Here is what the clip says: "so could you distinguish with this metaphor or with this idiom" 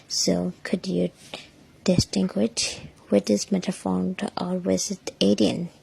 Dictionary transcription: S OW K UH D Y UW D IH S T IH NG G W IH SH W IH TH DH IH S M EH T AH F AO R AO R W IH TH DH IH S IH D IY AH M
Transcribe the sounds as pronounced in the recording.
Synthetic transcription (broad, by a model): S OW K UH D Y UW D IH S T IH NG G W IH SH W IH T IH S M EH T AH F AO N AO L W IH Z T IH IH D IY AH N